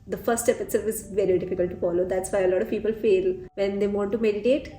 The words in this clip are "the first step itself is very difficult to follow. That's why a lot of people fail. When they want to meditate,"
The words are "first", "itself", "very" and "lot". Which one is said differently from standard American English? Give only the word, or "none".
first